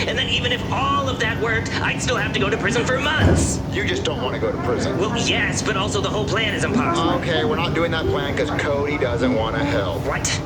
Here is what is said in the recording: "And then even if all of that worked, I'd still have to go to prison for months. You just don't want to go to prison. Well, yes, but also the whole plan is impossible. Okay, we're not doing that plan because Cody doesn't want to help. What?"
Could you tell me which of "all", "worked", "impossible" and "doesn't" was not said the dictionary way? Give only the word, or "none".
impossible